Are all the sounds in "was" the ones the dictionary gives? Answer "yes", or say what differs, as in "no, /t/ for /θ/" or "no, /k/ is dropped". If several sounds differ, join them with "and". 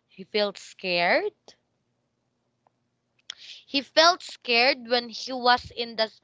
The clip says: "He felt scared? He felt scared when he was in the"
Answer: no, /s/ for /z/